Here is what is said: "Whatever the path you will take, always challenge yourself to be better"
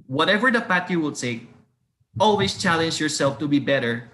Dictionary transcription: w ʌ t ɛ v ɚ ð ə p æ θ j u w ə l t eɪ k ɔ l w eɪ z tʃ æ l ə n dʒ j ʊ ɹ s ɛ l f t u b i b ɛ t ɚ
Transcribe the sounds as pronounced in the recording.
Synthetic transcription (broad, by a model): w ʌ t ɛ v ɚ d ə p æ t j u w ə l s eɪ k ɔ l w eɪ s tʃ æ l ə n dʒ j ʊ ɹ s ɛ l f t u b i b ɛ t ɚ